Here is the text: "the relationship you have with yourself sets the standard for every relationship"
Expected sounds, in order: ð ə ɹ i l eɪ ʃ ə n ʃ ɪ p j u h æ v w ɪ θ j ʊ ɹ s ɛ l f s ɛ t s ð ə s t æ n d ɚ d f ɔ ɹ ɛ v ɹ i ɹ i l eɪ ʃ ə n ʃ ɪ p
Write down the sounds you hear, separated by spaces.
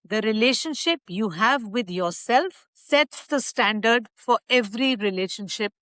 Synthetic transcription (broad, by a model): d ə ɹ i l eɪ ʃ ə n ʃ ɪ p j u h æ v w ɪ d j ʊ ɹ s ɛ l f s ɛ t s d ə s t æ n d ɚ d f ɔ ɹ ɛ v ɹ i ɹ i l eɪ ʃ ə n ʃ ɪ p